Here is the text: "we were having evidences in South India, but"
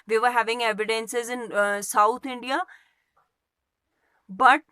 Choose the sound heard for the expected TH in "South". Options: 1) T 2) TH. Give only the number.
1